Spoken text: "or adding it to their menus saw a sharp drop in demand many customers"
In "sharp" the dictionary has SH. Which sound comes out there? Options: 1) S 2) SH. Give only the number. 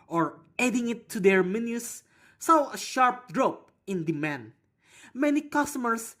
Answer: 2